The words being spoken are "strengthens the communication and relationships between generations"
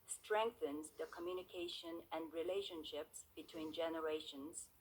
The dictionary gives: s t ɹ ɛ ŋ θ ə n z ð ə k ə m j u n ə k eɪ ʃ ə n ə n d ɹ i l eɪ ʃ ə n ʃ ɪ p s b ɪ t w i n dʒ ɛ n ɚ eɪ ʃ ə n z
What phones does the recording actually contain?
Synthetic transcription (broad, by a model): s t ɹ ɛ ŋ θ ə n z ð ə k ə m j u n ə k eɪ ʃ ə n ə n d ɹ i l eɪ ʃ ə n ʃ ɪ p s b ɪ t w i n dʒ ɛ n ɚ eɪ ʃ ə n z